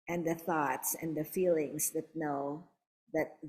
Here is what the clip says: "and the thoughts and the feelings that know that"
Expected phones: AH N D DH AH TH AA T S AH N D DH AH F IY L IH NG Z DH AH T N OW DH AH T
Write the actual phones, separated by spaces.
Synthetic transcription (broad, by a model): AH N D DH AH TH AA T S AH N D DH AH F IY L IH NG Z DH AH T N OW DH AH T